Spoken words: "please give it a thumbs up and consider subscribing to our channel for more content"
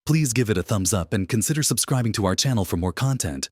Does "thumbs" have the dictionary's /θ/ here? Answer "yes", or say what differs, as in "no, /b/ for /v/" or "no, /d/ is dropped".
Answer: yes